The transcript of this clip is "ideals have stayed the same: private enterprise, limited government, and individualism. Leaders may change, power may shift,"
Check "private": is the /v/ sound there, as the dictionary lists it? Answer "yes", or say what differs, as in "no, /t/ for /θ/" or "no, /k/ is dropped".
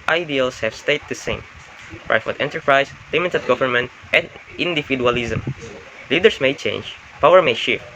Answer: no, /f/ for /v/